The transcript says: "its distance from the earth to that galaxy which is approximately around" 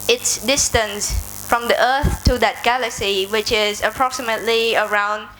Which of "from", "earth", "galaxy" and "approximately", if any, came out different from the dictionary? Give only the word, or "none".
none